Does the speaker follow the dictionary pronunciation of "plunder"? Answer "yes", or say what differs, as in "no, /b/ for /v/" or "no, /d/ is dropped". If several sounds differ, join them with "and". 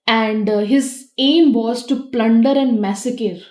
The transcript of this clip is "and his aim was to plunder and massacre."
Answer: yes